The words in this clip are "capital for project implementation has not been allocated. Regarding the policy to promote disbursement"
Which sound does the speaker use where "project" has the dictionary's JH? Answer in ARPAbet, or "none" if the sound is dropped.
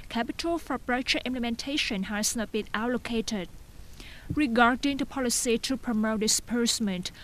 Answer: CH